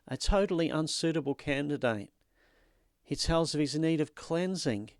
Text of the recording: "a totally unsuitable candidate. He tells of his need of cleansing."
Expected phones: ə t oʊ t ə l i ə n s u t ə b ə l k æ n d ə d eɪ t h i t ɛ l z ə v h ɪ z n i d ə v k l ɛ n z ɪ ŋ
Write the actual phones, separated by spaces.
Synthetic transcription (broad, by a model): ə t oʊ t l i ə n s u t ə b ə l k æ n d ə d eɪ t h i t ɛ l z ə v ɪ z n i d ə v k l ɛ n z ɪ ŋ